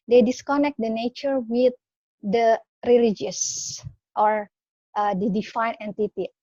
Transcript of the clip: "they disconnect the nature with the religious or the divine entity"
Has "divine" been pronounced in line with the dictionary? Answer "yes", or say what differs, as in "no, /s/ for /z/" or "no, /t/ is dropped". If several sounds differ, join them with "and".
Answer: no, /f/ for /v/